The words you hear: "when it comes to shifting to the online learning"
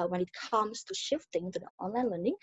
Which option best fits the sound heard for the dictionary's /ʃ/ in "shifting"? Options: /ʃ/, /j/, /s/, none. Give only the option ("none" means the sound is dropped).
/ʃ/